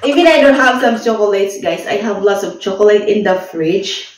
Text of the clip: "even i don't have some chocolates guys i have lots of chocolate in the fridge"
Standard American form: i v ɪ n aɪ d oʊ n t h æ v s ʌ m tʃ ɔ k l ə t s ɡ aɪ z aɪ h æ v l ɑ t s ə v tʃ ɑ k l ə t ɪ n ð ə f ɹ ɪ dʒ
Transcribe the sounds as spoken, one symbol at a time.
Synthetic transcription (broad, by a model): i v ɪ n aɪ d oʊ n t h æ v s ʌ m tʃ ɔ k l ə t s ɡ aɪ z aɪ h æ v l ɑ t s ə v tʃ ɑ k l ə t ɪ n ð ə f ɹ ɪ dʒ